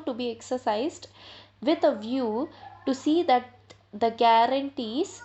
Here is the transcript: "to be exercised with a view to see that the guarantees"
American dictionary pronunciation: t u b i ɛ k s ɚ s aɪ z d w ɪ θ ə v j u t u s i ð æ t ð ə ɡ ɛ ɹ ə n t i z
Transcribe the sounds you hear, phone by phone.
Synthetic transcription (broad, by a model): t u b i ɛ k s ɚ s aɪ z d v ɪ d ə v j u t u s i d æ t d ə ɡ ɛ ɹ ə n t i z